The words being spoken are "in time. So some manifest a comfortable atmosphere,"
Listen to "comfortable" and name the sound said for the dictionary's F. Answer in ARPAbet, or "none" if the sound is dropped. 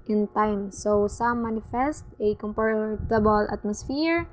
P